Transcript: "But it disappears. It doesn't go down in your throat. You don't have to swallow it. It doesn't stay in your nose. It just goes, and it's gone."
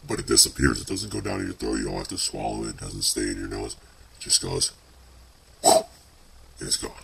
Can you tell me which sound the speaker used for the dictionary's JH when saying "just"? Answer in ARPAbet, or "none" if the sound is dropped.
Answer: ZH